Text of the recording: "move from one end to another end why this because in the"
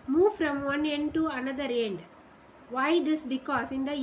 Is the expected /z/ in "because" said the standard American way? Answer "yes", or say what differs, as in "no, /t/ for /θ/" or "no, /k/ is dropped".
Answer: no, /s/ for /z/